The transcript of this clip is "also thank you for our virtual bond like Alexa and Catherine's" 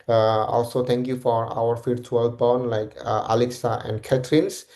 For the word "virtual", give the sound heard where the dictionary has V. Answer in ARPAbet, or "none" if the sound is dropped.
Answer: F